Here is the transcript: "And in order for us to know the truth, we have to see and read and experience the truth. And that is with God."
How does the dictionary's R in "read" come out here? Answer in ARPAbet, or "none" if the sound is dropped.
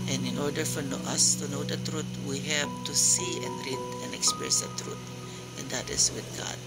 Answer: R